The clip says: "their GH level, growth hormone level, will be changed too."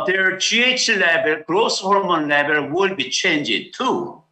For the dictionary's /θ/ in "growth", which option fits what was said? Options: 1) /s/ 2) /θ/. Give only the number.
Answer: 1